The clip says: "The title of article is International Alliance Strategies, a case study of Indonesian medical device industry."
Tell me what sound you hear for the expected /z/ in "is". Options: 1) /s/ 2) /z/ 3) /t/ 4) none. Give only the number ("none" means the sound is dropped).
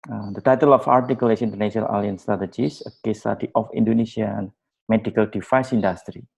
1